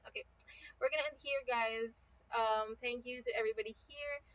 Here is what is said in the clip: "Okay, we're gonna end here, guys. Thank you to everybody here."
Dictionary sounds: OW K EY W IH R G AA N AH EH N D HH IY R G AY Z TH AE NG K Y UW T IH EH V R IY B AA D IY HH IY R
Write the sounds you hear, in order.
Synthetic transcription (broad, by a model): OW K EY W IH R G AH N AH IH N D HH IY R G AY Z TH AE NG K Y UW T IH EH V R IY B AA D IY HH IY R